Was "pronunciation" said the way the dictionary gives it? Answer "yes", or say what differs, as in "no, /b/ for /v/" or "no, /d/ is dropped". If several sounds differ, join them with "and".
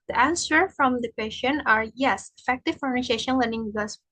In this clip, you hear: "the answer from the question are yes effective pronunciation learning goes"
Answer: no, /f/ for /p/